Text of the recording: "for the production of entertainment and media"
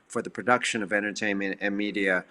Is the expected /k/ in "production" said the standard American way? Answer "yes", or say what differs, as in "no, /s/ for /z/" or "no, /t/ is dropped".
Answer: yes